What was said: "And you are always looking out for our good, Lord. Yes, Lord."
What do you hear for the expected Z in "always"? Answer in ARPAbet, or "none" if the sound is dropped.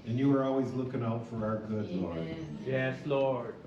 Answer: Z